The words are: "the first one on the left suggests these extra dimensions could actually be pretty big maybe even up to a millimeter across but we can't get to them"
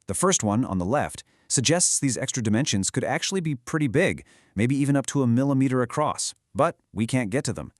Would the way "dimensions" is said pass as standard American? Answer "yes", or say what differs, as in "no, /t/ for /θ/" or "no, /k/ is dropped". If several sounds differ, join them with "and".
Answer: yes